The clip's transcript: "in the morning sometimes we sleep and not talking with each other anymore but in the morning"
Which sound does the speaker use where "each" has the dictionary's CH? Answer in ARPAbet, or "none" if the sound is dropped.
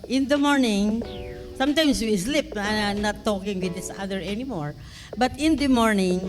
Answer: S